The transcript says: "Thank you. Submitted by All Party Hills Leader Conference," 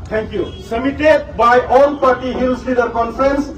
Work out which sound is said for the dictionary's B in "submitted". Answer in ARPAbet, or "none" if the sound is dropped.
none